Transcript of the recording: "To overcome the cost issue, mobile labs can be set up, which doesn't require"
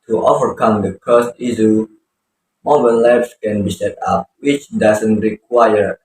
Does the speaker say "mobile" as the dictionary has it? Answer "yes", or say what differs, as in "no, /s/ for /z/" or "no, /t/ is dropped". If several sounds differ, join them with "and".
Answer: no, /n/ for /l/